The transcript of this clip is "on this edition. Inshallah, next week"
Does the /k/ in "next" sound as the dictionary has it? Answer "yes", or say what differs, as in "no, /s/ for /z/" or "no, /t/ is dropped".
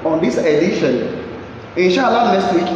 no, /k/ is dropped